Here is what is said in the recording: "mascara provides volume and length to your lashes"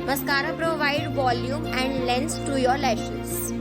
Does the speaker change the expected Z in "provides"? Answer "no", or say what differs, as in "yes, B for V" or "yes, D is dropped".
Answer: yes, Z is dropped